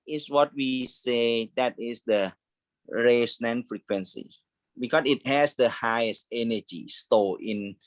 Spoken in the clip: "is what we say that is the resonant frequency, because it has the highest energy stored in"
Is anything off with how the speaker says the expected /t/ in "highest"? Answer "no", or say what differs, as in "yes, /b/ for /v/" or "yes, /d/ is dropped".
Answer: no